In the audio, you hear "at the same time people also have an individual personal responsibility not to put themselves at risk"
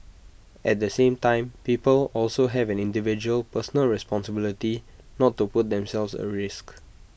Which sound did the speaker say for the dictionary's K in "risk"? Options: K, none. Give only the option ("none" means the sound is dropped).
K